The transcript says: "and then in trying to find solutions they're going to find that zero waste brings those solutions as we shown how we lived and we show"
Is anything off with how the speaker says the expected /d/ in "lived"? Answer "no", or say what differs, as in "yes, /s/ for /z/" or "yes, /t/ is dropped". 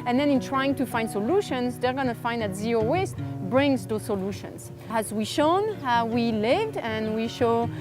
no